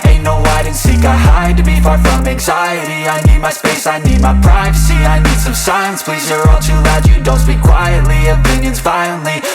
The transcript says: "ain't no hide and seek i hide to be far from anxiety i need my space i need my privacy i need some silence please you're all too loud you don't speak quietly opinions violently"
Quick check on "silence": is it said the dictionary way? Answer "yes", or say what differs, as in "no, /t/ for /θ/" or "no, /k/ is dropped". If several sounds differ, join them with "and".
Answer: no, /l/ is dropped